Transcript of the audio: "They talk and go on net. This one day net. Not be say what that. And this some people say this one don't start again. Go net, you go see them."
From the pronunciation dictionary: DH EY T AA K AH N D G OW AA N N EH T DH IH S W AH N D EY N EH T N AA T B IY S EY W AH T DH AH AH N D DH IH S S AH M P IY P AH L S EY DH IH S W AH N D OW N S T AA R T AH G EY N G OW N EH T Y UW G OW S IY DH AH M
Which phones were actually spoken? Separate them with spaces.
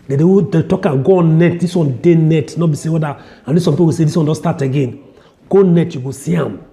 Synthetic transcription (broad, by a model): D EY T AA K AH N G OW AA N N EH T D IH S W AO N D EY N EH T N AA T B IY S EY W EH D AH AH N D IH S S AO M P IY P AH W S EY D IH S W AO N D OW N S T AA T AH G EY N G OW N EH T Y UW G OW S IY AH M